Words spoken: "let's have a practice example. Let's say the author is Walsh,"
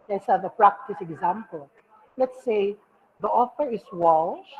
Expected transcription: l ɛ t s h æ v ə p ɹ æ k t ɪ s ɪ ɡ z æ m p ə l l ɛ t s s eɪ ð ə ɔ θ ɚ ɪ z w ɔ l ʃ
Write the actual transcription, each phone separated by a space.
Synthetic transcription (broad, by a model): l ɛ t s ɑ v ə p ɹ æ k t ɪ s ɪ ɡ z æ m p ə l l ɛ t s s eɪ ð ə ɔ f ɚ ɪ s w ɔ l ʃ